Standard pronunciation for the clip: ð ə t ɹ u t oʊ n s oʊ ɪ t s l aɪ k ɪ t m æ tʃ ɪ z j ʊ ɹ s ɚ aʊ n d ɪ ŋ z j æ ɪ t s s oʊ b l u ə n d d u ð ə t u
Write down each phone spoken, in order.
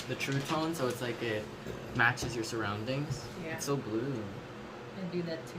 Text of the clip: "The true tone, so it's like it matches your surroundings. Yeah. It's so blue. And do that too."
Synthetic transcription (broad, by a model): ð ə t ɹ u t oʊ n s oʊ ɪ t s l aɪ k ɪ t m æ tʃ ɪ z j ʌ ɹ s ɚ aʊ n d ɪ ŋ z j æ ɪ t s s oʊ b l u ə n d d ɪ ð ə t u